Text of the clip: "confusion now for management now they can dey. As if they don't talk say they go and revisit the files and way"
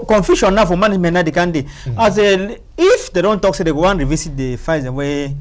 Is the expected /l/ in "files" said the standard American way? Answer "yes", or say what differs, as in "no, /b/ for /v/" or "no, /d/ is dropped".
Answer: no, /l/ is dropped